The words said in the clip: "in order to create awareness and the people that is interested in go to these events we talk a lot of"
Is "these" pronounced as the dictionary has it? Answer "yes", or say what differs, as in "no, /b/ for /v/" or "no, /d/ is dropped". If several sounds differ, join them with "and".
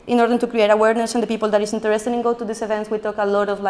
no, /s/ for /z/